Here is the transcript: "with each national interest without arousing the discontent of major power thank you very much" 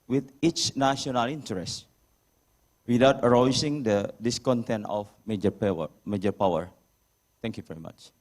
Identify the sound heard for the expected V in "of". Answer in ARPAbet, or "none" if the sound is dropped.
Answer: P